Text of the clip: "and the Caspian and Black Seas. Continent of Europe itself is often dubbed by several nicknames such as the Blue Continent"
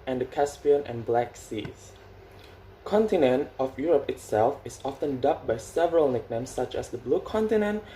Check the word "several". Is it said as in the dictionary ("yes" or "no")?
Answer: yes